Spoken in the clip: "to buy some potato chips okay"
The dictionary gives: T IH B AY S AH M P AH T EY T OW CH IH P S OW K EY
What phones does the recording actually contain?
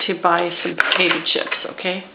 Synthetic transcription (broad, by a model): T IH B AY S AH M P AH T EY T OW SH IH P S OW K EY